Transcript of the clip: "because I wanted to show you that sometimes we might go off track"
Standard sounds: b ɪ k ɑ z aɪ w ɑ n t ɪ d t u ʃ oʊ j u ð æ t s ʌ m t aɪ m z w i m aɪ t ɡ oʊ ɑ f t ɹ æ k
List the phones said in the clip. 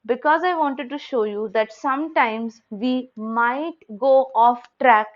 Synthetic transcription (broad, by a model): b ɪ k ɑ z aɪ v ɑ n t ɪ d t u ʃ oʊ j u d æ t s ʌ m t aɪ m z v i m aɪ t ɡ oʊ ɑ f t ɹ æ k